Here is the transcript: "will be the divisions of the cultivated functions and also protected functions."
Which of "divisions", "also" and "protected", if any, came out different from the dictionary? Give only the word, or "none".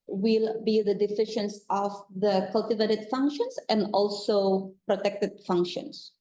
divisions